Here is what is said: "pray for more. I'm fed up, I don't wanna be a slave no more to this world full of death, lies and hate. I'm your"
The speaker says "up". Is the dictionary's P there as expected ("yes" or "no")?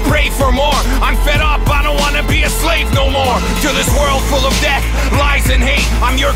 no